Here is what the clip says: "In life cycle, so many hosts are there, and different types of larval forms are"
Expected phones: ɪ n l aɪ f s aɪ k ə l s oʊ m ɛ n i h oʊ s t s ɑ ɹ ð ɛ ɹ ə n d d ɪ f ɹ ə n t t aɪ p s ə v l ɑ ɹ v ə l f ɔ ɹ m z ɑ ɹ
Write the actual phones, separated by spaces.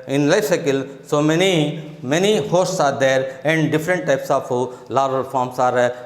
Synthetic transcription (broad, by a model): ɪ n l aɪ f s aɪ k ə l s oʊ m ɛ n i h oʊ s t s ɑ ɹ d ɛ ɹ ə n d d ɪ f ɹ ə n t t aɪ p s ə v l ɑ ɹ ə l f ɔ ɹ m s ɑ ɹ